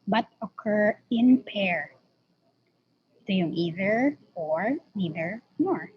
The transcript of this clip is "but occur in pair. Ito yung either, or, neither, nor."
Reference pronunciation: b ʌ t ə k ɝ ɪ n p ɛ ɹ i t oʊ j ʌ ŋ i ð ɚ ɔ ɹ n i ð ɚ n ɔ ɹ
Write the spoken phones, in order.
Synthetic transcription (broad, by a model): b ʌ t ə k ɝ ɪ n p ɛ ɹ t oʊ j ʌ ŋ i ð ɚ ɔ ɹ n i ð ɚ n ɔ ɹ